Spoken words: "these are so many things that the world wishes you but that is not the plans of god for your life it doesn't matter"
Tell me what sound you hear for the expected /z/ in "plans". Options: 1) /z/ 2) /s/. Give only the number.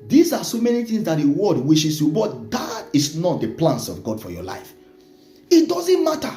2